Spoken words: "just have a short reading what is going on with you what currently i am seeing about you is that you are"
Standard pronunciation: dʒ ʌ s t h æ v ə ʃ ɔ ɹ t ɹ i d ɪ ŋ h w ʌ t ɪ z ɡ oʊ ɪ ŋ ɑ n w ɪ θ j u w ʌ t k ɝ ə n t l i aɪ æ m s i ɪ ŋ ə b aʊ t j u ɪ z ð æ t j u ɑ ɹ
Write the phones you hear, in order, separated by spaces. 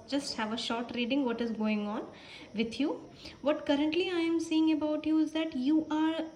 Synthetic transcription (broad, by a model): dʒ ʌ s t h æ v ə ʃ ɔ ɹ t ɹ i d ɪ ŋ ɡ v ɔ t ɪ z ɡ oʊ ɪ ŋ ɑ n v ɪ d j u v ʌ t k ɝ ə n t l i aɪ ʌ m s i ɪ ŋ ə b aʊ t j u ɪ z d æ t j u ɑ ɹ